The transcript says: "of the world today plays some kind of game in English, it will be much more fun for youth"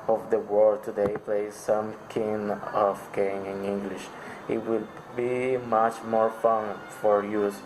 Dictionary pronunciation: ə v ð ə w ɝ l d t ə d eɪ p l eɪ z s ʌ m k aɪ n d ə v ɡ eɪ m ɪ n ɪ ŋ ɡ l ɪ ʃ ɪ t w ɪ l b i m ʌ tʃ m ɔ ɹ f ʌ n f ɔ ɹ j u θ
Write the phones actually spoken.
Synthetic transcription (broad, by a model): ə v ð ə w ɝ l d t ə d eɪ p l eɪ z s ʌ m k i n ə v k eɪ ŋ ɪ n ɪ ŋ ɡ l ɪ ʃ ɪ t w ɪ l b i m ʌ tʃ m ɔ ɹ f ʌ n f ɔ ɹ j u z